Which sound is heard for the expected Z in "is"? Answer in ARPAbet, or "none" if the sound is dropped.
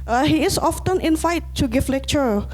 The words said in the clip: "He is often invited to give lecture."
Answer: S